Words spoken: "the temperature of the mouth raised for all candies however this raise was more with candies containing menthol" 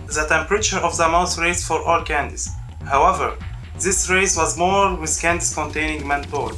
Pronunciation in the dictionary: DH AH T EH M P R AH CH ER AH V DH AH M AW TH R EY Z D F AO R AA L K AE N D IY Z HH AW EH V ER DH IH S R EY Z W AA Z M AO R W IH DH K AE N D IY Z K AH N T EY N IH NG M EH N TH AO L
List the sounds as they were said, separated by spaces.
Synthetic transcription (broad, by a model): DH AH T EH M P R AH CH ER AH V DH AH M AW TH R EY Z F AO R AA L K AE N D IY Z HH AW EH V ER DH IH S R EY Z W AA Z M AO R W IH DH K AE N D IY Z K AH N T EY N IH NG M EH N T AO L